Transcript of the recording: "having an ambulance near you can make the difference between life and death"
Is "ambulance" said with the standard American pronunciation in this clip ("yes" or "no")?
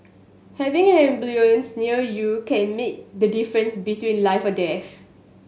no